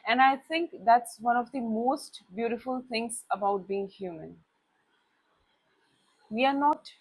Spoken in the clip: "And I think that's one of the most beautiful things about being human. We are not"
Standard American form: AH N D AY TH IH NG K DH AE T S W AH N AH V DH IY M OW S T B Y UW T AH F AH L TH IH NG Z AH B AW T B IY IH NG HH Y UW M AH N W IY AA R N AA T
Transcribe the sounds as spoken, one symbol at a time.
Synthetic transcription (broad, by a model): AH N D AY T IH NG K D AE T S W AH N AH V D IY M OW S T B Y UW T AH F AH L T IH NG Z AH B AW T B IY IH NG HH Y UW M AH N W IY AA R N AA T